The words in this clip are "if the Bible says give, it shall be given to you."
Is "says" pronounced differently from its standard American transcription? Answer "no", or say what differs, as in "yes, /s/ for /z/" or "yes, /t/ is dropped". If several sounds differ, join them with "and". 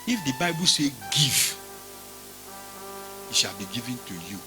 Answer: yes, /z/ is dropped